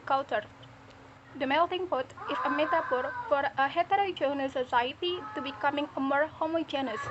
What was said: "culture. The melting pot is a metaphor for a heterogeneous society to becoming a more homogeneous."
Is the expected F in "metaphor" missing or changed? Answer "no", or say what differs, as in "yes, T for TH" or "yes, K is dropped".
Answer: yes, P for F